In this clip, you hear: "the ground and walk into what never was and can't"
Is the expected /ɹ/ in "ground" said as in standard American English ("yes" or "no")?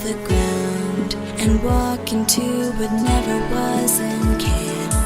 no